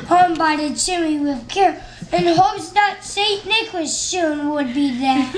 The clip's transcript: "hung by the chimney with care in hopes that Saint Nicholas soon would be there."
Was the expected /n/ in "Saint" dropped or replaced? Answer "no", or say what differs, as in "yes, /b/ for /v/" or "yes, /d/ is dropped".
yes, /n/ is dropped